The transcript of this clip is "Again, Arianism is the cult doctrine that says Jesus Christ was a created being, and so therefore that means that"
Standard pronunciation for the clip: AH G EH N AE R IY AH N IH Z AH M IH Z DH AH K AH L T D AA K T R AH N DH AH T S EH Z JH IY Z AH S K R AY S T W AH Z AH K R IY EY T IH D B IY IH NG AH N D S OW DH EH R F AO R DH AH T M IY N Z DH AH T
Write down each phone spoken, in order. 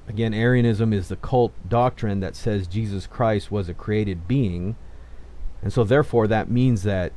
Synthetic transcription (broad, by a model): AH G EH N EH R IY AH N IH Z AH M IH Z DH AH K AH L T D AA K T R AH N DH AH T S EH Z JH IY Z AH S K R AY S T W AH Z AH K R IY EY T IH D B IY IH NG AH N S OW DH EH R F AO R DH AH T M IY N Z DH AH T